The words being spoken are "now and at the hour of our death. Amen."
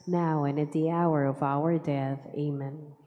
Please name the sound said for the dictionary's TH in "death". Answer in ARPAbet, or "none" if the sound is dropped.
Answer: TH